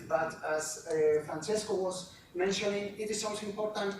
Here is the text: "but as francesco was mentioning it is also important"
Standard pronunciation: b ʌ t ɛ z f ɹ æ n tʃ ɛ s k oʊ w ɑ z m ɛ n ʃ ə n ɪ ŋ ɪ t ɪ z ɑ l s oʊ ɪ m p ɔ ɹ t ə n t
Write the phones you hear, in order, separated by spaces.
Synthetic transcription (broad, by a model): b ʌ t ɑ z f ɹ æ n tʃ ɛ s k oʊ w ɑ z m ɛ n ʃ ə n ɪ ŋ ɪ t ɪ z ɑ n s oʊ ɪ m p ɔ ɹ t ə n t